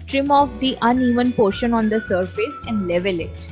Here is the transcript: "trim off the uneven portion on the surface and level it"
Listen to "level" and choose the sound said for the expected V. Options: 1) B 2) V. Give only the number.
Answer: 2